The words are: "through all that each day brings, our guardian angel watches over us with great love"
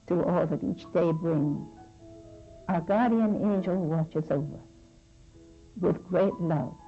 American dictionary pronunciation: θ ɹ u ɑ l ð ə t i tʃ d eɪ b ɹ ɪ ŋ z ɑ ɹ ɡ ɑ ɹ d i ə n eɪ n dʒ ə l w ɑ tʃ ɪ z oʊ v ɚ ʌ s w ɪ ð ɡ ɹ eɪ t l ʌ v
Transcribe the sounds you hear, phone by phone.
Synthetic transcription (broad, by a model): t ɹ ɑ l ð ə t i tʃ d eɪ b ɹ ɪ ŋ ɑ ɡ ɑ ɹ d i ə n eɪ n dʒ ə l w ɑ tʃ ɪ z oʊ v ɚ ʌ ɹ w ɪ ð ɡ ɹ eɪ t l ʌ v